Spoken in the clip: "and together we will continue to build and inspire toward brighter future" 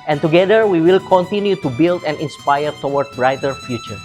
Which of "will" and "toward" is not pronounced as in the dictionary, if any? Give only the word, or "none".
toward